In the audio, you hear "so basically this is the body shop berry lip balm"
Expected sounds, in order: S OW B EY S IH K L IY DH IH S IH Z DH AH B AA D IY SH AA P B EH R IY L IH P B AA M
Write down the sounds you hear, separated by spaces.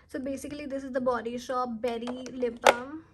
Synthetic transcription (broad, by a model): S OW B EY S IH K L IY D IH S IH Z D AH B AA D IY SH AA P B EH R IY L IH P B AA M